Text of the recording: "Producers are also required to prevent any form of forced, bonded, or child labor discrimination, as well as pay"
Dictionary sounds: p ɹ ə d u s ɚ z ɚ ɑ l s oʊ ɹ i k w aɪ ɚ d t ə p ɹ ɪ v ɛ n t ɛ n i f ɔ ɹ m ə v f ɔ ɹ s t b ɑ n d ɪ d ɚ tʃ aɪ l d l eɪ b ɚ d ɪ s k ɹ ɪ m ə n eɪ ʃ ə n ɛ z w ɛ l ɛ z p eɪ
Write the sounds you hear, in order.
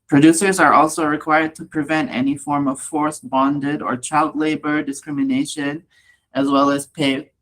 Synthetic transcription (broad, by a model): p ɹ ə d u s ɚ z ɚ ɑ l s oʊ ɹ i k w aɪ ɚ d t ə p ɹ ɪ v ɛ n t ɛ n i f ɔ ɹ m ə v f ɔ ɹ s b ɑ n d ɪ d ɚ tʃ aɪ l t l eɪ b ɚ d ɪ s k ɹ ɪ m ə n eɪ ʃ ə n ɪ z w ɛ l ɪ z p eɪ